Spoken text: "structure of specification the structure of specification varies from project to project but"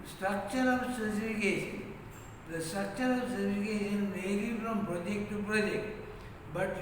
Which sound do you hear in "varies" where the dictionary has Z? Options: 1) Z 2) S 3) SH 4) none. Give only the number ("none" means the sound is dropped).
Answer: 4